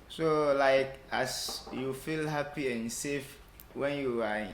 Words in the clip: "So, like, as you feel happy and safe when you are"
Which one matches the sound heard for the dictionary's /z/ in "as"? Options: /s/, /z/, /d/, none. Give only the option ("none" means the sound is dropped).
/s/